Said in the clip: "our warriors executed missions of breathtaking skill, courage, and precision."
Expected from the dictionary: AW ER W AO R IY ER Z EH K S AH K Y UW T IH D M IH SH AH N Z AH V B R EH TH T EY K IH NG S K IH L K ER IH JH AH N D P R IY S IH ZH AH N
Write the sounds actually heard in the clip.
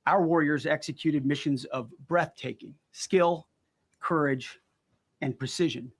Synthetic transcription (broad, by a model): AW ER W AO R IY ER Z EH K S AH K Y UW T IH D M IH SH AH N Z AH V B R EH TH T EY K IH NG S K IH L K ER IH JH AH N P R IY S IH ZH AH N